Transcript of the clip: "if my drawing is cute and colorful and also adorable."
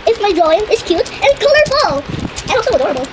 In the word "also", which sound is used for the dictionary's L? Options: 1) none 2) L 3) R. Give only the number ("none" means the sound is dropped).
1